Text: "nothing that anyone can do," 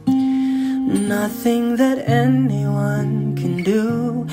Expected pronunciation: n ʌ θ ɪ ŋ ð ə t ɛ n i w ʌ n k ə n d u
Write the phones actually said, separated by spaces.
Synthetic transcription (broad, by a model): n ʌ θ ɪ ŋ ð ə t ɛ n i w ʌ n k ə n d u